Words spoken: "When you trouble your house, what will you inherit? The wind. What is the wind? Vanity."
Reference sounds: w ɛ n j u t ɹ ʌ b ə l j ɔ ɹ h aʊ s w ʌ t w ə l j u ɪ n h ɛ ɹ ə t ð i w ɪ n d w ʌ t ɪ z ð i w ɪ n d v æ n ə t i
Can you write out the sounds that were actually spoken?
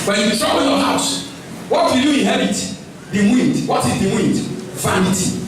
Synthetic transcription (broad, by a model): w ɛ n j u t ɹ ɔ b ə n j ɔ h aʊ s w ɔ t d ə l j u ɪ n h ɛ ɹ ə t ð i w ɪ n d w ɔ t ɪ z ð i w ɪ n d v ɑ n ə t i